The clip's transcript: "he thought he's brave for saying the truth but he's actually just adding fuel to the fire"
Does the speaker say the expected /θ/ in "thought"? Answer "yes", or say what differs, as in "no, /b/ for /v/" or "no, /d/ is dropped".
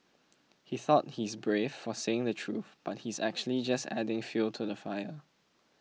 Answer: yes